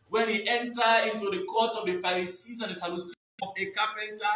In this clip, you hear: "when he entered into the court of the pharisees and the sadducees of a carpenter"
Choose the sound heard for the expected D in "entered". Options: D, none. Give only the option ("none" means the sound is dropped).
none